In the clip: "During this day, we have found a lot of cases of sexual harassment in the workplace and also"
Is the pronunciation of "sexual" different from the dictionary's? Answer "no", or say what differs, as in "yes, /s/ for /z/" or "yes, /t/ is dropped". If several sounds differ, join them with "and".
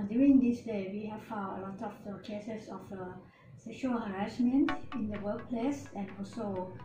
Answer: yes, /k/ is dropped